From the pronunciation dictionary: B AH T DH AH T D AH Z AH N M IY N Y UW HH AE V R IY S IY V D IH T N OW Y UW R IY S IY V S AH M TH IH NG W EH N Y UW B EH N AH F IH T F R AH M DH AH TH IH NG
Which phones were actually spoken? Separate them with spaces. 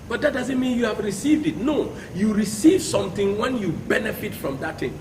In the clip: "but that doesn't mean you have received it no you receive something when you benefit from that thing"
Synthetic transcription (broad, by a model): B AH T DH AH T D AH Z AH N M IY N Y UW HH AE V R IY S IY V D IH T N OW Y UW R IY S IY V S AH M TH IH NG W EH N Y UW B EH N AH F IH T F R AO M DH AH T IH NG